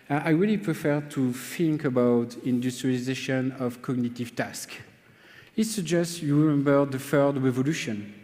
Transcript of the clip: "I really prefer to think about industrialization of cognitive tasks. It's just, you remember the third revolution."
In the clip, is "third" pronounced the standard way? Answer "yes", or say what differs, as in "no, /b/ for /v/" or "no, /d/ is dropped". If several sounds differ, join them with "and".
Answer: no, /f/ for /θ/